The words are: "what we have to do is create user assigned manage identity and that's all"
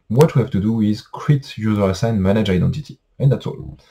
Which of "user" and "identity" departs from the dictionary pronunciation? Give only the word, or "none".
none